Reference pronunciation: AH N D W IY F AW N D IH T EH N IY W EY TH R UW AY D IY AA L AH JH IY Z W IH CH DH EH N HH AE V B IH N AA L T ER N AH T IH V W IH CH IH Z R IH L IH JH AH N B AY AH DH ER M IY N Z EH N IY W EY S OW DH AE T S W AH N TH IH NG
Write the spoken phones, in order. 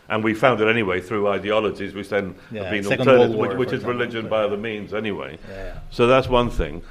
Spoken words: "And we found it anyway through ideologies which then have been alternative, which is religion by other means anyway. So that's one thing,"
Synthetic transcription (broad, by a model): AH N W IY F AW N D IH T EH N IY W EY TH R UW AY D IY AA L AH JH IY Z W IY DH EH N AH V B IH N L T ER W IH W IH CH IH Z R IH L IH JH AH N B AY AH DH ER M IY N Z EH N IY W EY S OW DH AE T S W AH N TH IH NG